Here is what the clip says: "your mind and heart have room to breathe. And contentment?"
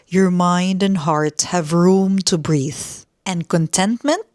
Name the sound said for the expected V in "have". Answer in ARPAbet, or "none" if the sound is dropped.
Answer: V